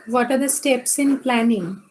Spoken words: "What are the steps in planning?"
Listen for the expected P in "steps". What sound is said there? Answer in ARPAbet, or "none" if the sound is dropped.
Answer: P